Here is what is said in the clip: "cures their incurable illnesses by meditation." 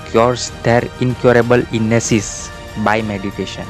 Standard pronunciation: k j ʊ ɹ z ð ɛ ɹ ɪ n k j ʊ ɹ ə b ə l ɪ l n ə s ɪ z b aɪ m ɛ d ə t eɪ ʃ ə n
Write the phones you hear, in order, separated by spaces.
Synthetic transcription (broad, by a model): k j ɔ ɹ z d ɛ ɹ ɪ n k j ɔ ɹ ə b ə l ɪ n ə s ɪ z b aɪ m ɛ d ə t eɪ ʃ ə n